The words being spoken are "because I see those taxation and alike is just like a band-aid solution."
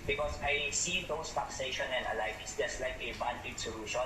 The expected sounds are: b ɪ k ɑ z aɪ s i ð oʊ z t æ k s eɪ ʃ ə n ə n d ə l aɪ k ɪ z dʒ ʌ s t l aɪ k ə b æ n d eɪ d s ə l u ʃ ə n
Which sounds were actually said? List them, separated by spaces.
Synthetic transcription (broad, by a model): b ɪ k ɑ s aɪ s i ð oʊ s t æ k s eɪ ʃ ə n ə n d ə l aɪ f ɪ s dʒ ʌ s t l aɪ k ə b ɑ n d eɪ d s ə l u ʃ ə n